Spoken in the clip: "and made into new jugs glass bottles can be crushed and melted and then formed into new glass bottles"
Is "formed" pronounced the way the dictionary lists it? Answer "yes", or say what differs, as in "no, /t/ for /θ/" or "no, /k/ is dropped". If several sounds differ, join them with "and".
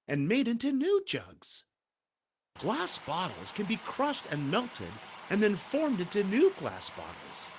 yes